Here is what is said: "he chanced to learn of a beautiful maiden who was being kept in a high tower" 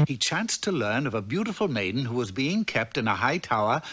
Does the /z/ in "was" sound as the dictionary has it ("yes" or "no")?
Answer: yes